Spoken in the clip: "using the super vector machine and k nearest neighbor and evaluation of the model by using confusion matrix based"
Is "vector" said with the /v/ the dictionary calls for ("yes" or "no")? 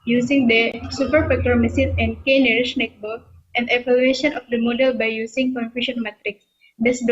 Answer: no